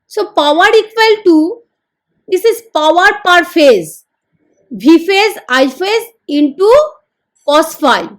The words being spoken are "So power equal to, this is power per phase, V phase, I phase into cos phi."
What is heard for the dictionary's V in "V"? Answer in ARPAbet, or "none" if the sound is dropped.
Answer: B